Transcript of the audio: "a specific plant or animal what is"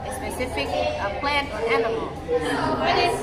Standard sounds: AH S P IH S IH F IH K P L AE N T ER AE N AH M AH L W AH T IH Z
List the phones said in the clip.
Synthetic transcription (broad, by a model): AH S P IH S IH F IH K P L AE N T ER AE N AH M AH L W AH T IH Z